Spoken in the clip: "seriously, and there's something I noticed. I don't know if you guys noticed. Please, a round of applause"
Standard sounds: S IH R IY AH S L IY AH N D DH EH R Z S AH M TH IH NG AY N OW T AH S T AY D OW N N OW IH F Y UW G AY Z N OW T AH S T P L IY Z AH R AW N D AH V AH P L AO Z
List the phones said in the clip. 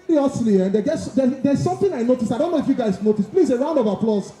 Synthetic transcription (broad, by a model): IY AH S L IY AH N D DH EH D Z S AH M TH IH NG AY N OW T AH S T AY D OW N N OW IH F Y UW G AY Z N OW T AH S T P L IY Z AH R AW N D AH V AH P L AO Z